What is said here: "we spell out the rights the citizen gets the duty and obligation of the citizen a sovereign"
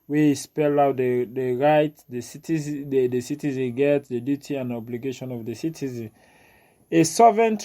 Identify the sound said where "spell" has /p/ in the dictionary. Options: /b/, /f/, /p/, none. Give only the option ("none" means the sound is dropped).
/p/